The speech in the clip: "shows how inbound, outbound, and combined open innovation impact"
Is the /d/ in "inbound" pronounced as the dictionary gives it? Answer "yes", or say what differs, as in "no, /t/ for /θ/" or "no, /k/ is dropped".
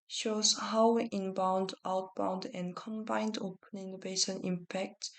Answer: yes